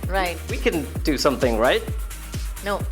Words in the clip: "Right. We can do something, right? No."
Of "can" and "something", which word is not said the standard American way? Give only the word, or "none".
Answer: none